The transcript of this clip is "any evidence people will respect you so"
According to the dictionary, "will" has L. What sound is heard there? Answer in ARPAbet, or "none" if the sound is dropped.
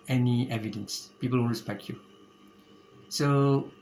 N